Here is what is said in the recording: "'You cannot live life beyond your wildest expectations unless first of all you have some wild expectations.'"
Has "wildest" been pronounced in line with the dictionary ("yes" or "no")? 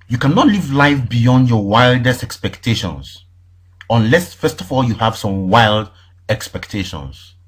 yes